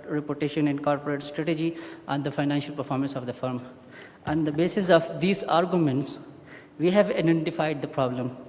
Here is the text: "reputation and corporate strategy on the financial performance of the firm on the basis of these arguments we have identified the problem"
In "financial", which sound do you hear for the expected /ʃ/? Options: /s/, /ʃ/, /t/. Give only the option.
/ʃ/